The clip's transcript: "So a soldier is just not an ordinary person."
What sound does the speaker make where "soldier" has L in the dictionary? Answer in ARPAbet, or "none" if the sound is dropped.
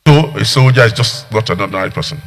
W